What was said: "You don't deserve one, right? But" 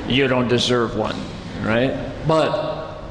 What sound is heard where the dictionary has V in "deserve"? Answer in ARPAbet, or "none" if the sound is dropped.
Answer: V